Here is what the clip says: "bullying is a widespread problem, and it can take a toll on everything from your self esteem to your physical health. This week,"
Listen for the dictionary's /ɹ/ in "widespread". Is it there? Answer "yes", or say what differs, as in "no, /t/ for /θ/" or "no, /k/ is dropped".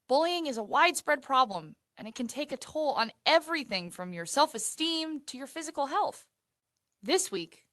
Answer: yes